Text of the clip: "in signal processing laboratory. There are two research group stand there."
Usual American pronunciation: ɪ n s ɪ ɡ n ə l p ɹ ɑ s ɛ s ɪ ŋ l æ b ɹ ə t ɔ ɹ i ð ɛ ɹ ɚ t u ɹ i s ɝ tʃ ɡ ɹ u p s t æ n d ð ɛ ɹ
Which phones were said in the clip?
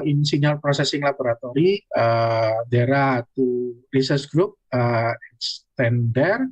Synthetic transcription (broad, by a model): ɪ n s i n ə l p ɹ ɑ s ɛ s ɪ ŋ l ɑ b ɹ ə t ɔ ɹ i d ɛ ɹ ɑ t u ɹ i s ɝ s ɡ ɹ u p s t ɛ n d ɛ ɹ